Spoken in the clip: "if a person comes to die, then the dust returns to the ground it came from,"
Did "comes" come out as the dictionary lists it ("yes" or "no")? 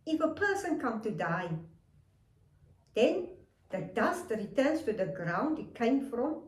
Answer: no